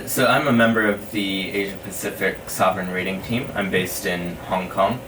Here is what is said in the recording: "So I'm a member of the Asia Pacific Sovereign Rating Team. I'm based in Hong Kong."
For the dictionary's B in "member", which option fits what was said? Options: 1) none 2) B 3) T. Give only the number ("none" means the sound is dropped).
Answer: 2